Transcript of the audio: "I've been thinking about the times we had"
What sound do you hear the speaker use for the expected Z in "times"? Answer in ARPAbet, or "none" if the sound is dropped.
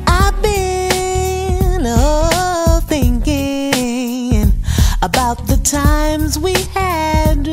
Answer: Z